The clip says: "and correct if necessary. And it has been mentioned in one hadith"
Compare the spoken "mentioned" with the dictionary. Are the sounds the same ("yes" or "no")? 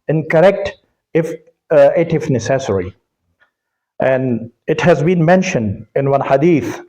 yes